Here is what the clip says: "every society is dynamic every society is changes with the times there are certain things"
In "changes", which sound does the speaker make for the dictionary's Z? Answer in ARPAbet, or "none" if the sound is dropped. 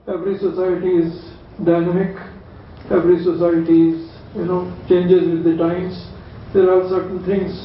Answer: Z